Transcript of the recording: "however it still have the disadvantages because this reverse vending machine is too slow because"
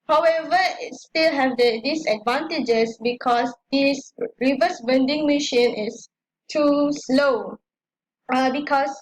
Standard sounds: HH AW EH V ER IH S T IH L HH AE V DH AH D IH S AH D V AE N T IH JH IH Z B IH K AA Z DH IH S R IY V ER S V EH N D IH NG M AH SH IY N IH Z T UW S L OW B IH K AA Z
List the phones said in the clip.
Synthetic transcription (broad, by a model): HH AW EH V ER IH S T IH L HH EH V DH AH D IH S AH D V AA N T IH JH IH S B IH K AA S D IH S R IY V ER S B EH N D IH NG M AH SH IY N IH S T UW S L OW B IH K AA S